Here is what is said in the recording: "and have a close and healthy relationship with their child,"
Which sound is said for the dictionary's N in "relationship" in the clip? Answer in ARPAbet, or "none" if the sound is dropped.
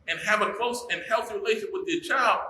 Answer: none